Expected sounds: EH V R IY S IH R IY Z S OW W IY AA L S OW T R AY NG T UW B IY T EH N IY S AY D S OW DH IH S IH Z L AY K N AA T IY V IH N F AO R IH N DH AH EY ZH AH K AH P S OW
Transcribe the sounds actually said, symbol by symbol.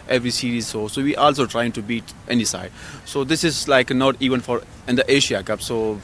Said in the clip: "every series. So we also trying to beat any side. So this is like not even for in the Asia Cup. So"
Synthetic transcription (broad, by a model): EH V R IY S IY R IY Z S OW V IY AA L S OW T R AY NG T UW B IY T EH N IY S AY D S OW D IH S IH Z L AY K N AA T IY V IH N F AO R IH N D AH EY SH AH K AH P S OW